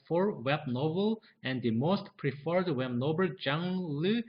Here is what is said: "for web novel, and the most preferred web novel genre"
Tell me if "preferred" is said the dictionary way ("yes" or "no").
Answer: yes